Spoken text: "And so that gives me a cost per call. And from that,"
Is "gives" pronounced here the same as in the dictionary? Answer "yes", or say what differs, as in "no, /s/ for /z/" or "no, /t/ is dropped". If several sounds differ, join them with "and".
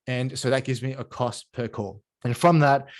yes